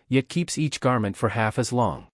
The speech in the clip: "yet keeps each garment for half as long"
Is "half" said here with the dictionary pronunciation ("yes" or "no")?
yes